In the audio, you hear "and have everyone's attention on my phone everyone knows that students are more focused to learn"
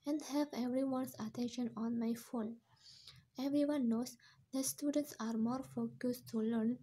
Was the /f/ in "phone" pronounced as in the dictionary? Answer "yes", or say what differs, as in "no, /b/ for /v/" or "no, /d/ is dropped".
yes